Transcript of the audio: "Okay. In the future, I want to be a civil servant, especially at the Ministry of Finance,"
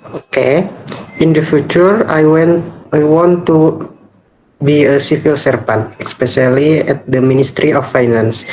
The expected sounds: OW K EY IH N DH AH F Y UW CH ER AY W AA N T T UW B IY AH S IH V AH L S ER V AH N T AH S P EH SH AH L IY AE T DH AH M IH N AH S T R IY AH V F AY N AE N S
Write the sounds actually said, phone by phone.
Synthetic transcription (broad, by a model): OW K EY IH N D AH F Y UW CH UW AY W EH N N T UW B IY AH S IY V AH L S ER P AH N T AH S P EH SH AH L IY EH T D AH M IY N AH S T R IY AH F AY N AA N S